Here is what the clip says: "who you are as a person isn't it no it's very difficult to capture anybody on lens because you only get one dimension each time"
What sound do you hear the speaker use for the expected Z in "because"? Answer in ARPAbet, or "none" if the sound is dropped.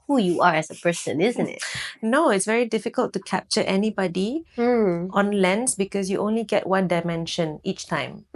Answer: S